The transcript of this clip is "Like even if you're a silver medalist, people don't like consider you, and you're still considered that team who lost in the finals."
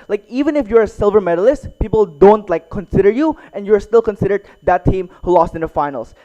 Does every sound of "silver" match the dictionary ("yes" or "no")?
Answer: yes